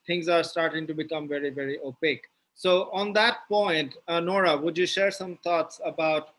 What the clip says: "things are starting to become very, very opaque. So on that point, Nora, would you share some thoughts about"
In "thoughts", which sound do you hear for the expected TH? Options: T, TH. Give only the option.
T